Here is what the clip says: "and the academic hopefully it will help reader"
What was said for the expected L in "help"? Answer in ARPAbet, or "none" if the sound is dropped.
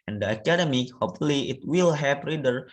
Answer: none